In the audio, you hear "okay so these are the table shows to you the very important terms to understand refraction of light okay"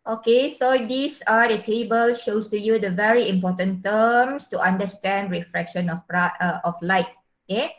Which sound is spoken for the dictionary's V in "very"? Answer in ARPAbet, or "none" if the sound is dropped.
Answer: V